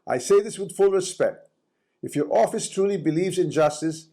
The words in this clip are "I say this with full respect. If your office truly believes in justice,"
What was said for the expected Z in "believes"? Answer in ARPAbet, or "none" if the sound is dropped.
Z